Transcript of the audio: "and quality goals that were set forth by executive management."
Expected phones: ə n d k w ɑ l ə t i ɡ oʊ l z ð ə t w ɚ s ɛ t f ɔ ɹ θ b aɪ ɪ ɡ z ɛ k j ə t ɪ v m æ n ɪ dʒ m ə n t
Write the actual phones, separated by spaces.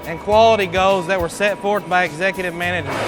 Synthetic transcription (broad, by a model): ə n k w ɑ l ə t i ɡ oʊ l z ð ə t w ɚ s ɛ t f ɔ ɹ θ b aɪ ɪ ɡ z ɛ k j ə t ɪ v m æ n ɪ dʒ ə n